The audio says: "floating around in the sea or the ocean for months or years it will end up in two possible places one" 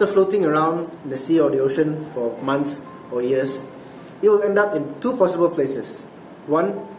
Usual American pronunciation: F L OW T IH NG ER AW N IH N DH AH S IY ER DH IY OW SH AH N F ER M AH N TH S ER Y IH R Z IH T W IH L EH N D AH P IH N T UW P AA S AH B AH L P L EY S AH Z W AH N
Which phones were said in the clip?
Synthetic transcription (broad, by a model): F L OW T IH NG ER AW IH N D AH S IY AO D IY OW SH AH N F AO M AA N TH S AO Y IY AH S IH T W IH L EH N D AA P IH N T UW P AA S AH B AH L P L EY S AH S W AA N